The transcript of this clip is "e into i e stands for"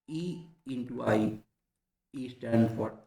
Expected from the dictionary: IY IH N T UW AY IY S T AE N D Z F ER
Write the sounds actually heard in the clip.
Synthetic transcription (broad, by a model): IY IH N T UW AY IY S T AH D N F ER